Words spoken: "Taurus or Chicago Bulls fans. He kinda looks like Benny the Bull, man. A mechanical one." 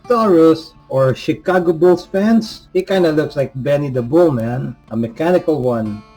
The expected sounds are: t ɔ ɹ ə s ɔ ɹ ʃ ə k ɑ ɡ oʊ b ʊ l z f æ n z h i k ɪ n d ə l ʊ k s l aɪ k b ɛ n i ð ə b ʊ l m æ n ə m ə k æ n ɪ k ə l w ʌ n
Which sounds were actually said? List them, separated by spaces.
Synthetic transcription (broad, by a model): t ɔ ɹ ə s ɔ ɹ ʃ ə k ɑ ɡ oʊ b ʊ l s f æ n s h i k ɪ n d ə l ʊ k s l aɪ k b ɛ n i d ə b ʊ l m æ n ə m ə k æ n ɪ k ə l w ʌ n